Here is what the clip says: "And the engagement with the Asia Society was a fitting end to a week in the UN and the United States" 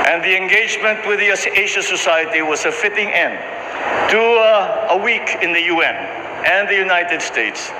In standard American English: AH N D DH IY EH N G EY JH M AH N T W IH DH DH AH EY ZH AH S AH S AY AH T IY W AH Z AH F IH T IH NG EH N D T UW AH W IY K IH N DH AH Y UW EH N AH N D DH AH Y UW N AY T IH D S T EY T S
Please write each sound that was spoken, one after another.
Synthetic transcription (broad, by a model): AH N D DH IY EH N G EY JH M AH N T W IH DH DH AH EY SH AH S AH S AY AH T IY W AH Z AH F IH T IH NG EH N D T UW AH W IY K IH N DH AH Y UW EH N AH N DH AH Y UW N AY T IH D S T EY T S